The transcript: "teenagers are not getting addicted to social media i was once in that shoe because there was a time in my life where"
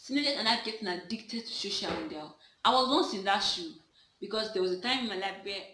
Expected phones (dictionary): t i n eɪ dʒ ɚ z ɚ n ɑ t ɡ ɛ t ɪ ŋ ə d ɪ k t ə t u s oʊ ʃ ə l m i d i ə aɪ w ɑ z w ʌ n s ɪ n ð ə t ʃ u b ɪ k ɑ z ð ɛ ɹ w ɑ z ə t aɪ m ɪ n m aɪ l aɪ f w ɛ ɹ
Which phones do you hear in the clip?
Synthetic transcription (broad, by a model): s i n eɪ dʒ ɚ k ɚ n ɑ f ɡ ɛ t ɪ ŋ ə d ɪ k t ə t u ʃ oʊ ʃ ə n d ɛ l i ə w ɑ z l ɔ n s ɪ n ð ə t ʃ u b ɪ k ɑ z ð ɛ w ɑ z ə t aɪ m ɪ n m aɪ l aɪ f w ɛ